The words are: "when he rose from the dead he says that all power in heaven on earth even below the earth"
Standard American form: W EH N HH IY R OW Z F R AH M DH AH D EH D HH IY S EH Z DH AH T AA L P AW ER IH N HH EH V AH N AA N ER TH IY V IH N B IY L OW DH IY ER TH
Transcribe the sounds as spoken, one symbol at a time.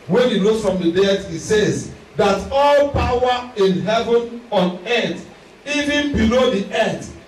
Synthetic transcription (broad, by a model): W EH N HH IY L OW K F R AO M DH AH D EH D HH IY S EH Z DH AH T AA L P AW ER IH N HH EH V AH N AA N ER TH IY V IH N B IY L OW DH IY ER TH